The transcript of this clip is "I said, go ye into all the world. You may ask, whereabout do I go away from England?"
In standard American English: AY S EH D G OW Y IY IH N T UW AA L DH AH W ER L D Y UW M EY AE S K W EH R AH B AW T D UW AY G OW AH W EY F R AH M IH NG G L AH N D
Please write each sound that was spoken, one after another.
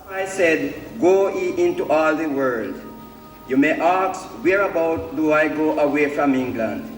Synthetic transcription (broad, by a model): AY S EH D G OW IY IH N T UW AA L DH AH W ER L D Y UW M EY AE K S W EH R AH B AW T D UW AY G OW AH W EY F R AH M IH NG G L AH N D